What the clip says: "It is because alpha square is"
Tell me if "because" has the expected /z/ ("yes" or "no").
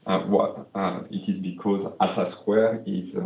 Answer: yes